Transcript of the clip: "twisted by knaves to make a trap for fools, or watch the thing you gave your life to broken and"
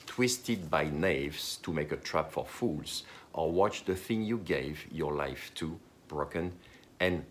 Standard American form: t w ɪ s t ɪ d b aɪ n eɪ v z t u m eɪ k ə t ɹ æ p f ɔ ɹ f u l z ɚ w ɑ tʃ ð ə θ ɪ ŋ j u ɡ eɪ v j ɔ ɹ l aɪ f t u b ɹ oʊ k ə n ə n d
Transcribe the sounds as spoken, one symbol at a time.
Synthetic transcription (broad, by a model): t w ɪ s t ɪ d b aɪ n eɪ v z t u m eɪ k ə t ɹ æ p f ɔ ɹ f u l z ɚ w ɑ tʃ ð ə θ ɪ ŋ j u ɡ eɪ v j ɔ ɹ l aɪ f t u b ɹ oʊ k ə n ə n